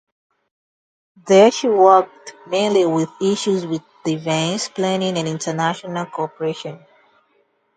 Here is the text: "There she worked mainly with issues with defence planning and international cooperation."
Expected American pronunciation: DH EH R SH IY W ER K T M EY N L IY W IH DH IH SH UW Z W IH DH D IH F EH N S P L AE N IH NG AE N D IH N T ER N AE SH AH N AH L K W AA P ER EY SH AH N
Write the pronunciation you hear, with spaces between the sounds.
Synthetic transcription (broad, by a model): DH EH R SH IY W ER K T M EY N L IY W IH DH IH SH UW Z W IH DH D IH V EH N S P L AE N IH NG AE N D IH N T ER N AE SH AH N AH L K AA P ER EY SH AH N